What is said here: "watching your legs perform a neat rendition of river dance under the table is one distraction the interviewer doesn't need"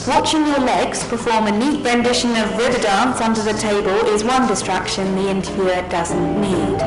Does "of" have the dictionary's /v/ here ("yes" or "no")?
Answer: yes